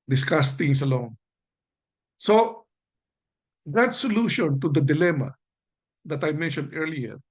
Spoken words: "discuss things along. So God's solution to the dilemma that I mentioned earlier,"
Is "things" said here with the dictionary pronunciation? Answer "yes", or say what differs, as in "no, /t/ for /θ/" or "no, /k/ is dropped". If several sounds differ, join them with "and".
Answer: no, /t/ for /θ/ and /s/ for /z/